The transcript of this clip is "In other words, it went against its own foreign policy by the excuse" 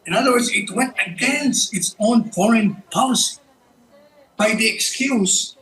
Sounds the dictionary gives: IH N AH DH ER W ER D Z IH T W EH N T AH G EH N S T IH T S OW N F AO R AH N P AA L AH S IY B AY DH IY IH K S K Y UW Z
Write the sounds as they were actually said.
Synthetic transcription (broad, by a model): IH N AH DH ER W ER D Z IH T W EH N T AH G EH N S IH T S OW N F AO R AH N P AA L AH S IY B AY DH IY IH K S K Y UW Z